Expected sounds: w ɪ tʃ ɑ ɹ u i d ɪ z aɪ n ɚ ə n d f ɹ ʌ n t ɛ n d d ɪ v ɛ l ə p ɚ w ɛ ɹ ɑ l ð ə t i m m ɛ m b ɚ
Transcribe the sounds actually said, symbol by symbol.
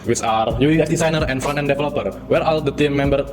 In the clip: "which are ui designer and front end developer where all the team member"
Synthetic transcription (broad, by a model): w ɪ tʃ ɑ ɹ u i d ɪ s aɪ n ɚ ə n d f ɑ n ɛ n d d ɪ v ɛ l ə p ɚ w ɛ ɹ ɑ l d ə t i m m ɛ m b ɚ